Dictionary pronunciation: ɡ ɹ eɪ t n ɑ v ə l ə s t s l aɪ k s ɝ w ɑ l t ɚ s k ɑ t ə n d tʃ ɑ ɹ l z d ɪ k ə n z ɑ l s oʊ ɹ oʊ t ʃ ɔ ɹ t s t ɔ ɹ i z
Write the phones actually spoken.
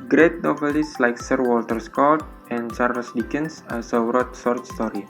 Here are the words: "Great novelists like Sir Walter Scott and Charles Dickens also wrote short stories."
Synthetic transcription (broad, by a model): ɡ ɹ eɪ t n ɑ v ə l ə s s l aɪ k s ɝ w ɑ l t ɚ s k ɑ t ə n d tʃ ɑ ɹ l s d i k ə n s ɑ s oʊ ɹ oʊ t s ɔ ɹ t s t ɔ ɹ i